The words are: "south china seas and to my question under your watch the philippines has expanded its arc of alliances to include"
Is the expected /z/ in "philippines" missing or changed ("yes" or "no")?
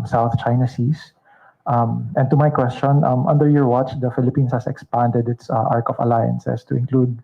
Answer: yes